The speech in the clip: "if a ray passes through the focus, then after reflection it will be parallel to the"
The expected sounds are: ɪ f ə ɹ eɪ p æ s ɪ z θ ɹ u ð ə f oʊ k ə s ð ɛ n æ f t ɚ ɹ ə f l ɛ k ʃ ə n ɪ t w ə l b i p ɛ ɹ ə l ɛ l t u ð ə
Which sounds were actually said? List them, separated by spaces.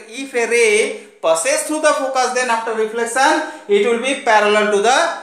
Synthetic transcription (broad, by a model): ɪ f ə ɹ eɪ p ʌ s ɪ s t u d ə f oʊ k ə s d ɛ n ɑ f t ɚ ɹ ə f l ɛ k s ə n ɪ t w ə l b i p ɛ ɹ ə l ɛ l t u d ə